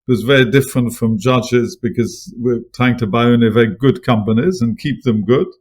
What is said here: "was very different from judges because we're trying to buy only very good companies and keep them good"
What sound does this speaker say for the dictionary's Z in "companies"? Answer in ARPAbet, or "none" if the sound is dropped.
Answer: Z